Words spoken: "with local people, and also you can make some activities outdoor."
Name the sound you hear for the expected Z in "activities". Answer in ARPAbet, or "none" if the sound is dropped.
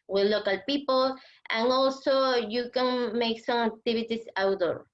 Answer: S